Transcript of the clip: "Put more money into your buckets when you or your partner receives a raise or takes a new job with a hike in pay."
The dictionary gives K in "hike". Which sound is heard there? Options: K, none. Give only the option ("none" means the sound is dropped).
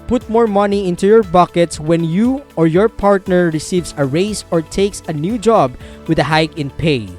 K